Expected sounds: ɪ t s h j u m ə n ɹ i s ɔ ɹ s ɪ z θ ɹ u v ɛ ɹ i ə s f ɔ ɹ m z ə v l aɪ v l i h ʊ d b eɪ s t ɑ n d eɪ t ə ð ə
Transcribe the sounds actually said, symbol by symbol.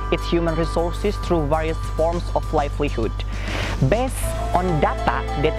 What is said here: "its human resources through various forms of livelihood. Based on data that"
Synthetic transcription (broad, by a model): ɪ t s h j u m ə n ɹ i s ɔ ɹ s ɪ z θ ɹ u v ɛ ɹ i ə s f ɔ ɹ m s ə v l aɪ f l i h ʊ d b eɪ s t ɑ n d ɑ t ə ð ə